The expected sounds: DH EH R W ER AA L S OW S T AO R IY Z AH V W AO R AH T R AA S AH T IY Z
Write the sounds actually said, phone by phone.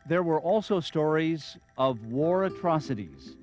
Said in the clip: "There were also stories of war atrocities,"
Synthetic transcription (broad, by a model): DH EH R W ER AA L S OW S T AO R IY Z AH V W AO R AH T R AA S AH T IY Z